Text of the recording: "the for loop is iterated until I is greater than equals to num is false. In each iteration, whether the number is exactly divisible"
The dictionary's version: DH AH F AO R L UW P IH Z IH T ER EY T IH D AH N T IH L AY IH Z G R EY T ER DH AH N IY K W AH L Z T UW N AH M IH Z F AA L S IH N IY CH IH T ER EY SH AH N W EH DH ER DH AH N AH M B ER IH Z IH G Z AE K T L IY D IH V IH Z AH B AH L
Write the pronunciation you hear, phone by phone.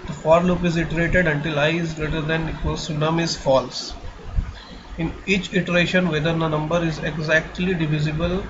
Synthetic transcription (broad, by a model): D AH F AO R L UW P IH Z IH T ER EY T IH D AH N T IH L AY IH Z G R EY T ER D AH N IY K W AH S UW N AH M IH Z F AA L S IH N IY CH IH T ER EY SH AH N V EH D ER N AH N AH M B ER IH Z IH G Z AE K T L IY D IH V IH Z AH B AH L